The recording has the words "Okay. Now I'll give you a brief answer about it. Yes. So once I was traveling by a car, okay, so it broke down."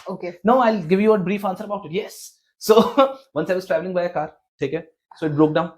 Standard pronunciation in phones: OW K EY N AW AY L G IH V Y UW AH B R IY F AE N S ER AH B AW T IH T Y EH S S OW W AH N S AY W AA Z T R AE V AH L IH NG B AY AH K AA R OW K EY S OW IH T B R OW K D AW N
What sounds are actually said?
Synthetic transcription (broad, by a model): OW K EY N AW AY L G IH V Y UW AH B R IY F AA N S ER AH B AW T IH T Y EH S S OW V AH N S AY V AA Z T R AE V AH L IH NG B AY AH K AA R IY K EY S OW IH T B R OW K D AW N